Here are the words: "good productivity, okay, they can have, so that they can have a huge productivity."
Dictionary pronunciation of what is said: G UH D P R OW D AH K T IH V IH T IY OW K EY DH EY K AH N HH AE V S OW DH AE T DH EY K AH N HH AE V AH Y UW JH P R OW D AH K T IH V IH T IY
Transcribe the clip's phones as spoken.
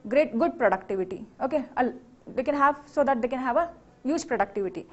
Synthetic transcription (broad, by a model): G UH D P R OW D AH K T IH V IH T IY OW K EY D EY K AH N HH AE V S OW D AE T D EY K AH N HH AE V AH Y UW JH P R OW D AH K T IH V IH T IY